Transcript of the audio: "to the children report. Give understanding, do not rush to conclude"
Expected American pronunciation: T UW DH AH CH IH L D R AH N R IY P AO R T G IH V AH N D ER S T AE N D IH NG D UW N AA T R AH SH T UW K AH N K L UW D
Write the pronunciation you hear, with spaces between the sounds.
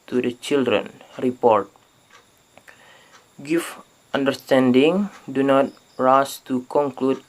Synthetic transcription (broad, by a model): T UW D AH CH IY L D R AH N R IY P AO R T G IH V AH N D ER S T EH N D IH NG D UW N AA T R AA S T UW K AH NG K L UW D